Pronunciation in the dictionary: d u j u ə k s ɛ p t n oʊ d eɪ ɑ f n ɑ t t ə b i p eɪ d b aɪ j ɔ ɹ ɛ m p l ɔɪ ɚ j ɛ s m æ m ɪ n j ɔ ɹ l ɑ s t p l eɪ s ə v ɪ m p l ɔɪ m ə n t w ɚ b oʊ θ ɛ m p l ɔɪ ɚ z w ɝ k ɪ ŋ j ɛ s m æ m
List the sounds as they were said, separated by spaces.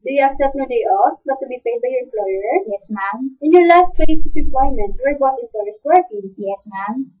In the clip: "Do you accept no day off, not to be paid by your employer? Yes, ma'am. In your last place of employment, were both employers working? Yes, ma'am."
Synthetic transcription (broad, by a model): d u j u ə k s ɛ p t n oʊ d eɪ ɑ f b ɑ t t ə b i p eɪ d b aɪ j ɔ ɹ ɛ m p l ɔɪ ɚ j ɛ s m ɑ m ɪ n j ɔ ɹ l ɑ s t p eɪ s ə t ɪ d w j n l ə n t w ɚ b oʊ t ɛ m p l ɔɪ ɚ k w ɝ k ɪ j ɛ s m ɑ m